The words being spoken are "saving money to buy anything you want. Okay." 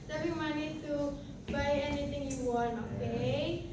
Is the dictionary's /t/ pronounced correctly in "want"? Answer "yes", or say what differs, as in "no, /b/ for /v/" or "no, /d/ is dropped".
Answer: no, /t/ is dropped